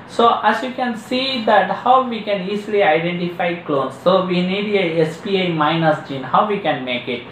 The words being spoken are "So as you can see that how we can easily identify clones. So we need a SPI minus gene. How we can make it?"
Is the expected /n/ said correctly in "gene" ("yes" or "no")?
yes